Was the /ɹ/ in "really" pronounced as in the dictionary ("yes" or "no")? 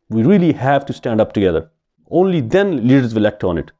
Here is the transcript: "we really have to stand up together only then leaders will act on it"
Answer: yes